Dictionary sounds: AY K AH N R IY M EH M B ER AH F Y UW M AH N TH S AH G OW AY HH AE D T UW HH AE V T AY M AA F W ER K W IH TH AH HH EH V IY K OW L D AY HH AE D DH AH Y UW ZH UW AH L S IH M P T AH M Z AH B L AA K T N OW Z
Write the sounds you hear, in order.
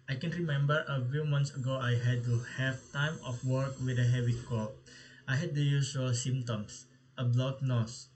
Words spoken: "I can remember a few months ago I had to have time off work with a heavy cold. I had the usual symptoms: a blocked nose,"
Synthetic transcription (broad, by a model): AY K AH N R IY M EH M B ER AH F Y UW M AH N T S AH G OW AY HH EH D T UW HH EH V T AY M AA F W ER K W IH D AH HH EH V IY K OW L AY HH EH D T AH Y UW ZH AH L S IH M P T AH M S AH B L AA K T N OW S